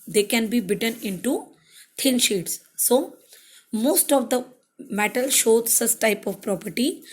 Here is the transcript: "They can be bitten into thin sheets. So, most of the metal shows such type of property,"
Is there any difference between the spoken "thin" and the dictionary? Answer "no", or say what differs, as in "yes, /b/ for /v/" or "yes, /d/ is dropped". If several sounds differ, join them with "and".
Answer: yes, /t/ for /θ/